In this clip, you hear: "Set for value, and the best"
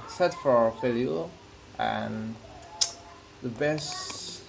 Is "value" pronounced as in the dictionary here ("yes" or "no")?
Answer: no